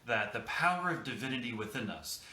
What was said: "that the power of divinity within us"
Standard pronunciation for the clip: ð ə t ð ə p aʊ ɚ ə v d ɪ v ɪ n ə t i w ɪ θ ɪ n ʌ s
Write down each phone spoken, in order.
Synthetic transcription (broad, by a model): ð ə t ð ə p aʊ ɚ ə v d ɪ v ɪ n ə t i w ɪ θ ɪ n ʌ s